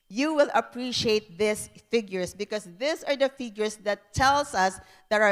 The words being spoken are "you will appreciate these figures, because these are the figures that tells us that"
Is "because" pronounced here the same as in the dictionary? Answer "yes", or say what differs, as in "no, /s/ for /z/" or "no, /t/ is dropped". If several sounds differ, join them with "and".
no, /s/ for /z/